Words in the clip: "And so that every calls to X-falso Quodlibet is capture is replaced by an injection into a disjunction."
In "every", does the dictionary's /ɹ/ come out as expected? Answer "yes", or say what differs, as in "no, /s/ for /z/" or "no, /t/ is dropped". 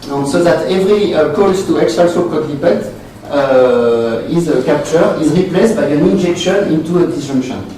yes